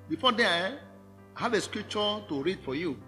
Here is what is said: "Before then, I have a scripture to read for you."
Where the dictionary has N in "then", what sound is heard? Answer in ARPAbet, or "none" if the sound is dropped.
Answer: none